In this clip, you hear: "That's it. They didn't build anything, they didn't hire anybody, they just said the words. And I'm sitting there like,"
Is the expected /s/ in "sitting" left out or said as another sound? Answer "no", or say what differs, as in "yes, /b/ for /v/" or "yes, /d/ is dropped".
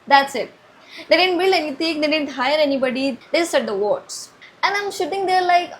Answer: yes, /ʃ/ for /s/